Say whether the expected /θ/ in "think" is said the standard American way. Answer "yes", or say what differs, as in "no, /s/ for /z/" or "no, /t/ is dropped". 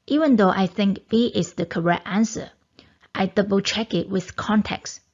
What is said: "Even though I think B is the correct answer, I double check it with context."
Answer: yes